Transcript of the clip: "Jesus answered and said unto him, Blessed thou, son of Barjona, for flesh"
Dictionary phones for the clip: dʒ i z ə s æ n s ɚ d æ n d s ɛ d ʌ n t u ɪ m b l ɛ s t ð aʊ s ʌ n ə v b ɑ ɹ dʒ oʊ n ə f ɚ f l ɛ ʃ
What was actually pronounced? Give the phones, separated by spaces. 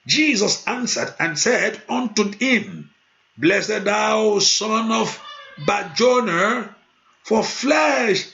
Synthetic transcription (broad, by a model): dʒ i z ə s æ n s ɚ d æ n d s ɛ d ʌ n t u ɪ m b l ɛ s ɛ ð aʊ s ʌ n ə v b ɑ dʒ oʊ n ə f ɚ f l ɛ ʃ